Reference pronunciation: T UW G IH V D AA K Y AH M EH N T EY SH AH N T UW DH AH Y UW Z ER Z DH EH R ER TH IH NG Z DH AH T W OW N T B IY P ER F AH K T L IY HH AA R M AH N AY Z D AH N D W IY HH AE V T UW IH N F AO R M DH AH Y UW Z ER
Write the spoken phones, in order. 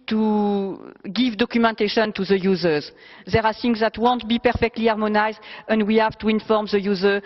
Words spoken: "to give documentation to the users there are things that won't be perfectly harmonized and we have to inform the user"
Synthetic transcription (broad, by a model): T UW G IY V D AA K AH M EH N T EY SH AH N T UW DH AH Y UW Z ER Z DH EH R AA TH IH NG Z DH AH T W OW N T B IY P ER F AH K T L IY AA R M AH N AY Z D AH N D W IY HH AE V T UW IH N F AO R M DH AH Y UW Z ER